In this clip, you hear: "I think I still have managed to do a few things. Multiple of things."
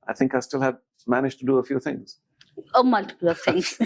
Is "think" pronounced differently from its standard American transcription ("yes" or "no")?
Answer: no